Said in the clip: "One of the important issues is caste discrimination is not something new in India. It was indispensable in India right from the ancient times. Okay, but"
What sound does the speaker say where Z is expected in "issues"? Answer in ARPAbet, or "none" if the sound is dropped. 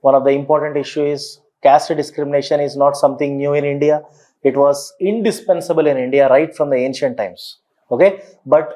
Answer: none